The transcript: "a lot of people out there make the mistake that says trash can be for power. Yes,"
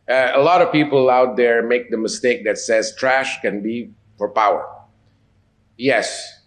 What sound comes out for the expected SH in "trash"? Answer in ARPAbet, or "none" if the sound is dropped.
SH